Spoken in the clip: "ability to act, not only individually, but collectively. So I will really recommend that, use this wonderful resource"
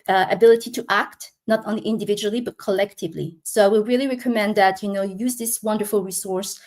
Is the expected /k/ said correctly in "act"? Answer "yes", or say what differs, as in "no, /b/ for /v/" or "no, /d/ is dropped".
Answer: yes